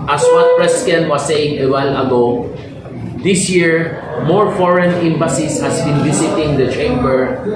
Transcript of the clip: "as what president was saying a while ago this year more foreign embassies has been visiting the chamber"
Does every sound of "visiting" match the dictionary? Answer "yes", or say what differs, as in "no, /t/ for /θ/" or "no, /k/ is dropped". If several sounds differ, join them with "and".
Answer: no, /s/ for /z/